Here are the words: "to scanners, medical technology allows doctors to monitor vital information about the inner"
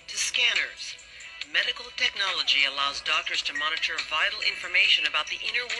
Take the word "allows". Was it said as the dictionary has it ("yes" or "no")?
yes